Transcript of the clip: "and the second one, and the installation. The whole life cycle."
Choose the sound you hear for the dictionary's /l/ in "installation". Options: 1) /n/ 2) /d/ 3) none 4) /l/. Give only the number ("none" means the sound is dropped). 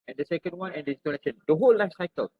1